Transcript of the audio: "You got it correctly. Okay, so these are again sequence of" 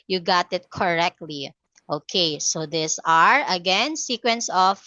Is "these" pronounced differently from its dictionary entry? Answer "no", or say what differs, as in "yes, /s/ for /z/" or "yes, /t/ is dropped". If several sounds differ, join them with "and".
yes, /s/ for /z/